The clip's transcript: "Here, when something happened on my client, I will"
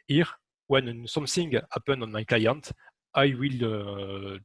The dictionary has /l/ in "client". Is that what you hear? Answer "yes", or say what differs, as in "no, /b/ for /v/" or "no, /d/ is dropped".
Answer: yes